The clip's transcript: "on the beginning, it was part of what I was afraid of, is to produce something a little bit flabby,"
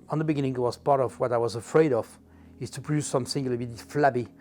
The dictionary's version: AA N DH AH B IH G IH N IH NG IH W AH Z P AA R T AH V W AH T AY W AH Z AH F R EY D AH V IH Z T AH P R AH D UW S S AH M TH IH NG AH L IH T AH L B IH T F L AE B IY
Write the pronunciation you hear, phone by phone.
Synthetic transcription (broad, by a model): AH N DH AH B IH G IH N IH NG IH W AH Z P AA R T AH V W AH T AY W AH Z AH F R EY D AH V IH Z T AH P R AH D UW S S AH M S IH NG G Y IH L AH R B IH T F L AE B IY